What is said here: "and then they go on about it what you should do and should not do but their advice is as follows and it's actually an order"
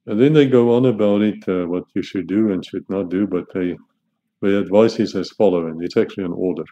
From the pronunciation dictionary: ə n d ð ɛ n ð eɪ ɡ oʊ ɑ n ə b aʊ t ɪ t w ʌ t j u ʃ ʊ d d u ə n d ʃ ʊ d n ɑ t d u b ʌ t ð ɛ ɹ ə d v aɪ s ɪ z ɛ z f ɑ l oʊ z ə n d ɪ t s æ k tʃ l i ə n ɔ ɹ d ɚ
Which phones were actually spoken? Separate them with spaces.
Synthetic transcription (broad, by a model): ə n ð ɛ n ð eɪ ɡ oʊ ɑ n ə b aʊ t ɪ t w ʌ t j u ʃ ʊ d d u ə n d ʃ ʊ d n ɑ t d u b ʌ t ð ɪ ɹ ə d v aɪ s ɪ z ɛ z f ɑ l oʊ ə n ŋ ɪ t s æ k tʃ l i ə n ɔ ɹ d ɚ